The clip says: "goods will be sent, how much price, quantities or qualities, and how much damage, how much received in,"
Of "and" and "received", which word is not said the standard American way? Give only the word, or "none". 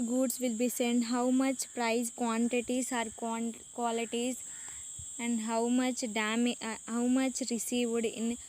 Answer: none